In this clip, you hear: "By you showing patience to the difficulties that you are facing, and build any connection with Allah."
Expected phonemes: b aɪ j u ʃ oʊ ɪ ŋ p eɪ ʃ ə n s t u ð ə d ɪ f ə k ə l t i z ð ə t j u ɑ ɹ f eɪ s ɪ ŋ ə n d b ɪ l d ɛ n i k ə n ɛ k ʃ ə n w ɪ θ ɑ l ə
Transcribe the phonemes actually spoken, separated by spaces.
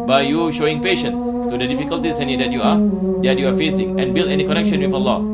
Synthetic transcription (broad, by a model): b aɪ j u ʃ oʊ ɪ ŋ p eɪ ʃ ə n s t u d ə d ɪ f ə k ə l t i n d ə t j u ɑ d f eɪ s ɪ ŋ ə n b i l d ɛ n i k ə n ɛ k ʃ ə n w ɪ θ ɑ l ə